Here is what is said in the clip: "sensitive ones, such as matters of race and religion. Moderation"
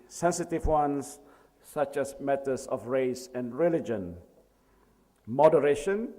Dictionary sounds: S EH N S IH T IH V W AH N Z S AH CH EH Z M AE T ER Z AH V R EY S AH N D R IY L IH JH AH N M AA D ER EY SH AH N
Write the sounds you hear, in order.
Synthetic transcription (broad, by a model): S EH N S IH T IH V W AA N S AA CH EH S M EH T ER S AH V R EY S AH N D R IY L IH JH AH N M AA D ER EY SH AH N